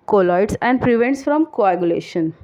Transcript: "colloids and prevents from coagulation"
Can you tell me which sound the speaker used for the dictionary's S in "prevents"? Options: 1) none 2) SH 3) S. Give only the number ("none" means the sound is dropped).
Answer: 3